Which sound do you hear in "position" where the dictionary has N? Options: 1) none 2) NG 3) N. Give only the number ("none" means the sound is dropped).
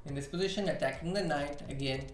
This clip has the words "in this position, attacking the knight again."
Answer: 3